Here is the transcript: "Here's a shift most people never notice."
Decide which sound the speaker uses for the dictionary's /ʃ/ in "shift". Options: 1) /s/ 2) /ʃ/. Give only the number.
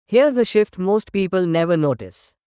2